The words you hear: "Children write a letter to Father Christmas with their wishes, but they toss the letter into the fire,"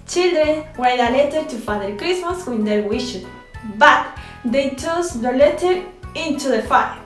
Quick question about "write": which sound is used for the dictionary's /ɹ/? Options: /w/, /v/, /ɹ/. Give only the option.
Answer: /w/